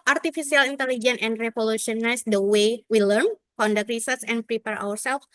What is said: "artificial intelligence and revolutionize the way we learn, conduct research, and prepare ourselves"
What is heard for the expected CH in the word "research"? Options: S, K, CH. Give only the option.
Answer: S